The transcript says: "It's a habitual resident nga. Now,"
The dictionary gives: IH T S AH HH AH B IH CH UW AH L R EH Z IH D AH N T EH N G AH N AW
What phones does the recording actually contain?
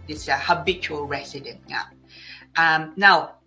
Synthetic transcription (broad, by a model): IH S AH HH AH B IH CH UW AH L R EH S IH D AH N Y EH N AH N AW